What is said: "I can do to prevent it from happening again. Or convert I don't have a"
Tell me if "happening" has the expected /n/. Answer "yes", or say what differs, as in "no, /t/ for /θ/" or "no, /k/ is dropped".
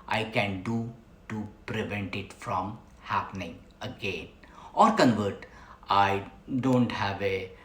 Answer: yes